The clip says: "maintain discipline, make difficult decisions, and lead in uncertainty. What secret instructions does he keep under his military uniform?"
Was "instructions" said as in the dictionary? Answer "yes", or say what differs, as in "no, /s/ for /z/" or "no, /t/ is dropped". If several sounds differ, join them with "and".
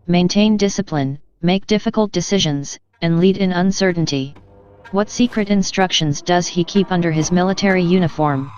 yes